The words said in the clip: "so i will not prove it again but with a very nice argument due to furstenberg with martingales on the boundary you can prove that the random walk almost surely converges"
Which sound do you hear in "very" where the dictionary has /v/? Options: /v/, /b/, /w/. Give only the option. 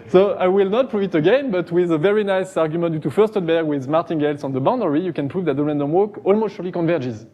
/v/